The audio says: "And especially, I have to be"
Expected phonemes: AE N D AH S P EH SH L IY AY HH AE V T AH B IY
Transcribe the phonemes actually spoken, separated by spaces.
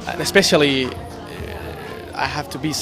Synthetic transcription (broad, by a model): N AH S P EH SH L IY AY HH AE F T AH B IY